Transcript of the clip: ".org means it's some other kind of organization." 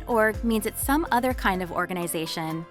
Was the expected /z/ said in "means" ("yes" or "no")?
yes